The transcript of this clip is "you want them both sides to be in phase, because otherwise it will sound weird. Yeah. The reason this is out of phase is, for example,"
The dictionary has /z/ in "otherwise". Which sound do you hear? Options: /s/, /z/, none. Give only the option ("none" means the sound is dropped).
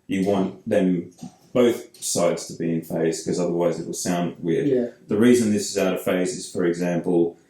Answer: /z/